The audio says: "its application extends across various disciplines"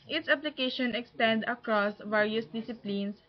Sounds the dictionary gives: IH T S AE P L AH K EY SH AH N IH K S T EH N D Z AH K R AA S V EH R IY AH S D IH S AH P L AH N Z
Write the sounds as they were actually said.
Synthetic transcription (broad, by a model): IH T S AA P L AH K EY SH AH N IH K S T EH N D AH K R AA S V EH R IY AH S D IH S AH P L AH N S